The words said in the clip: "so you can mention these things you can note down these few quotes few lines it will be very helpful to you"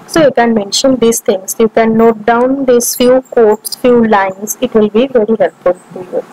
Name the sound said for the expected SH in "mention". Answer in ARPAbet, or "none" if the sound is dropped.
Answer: SH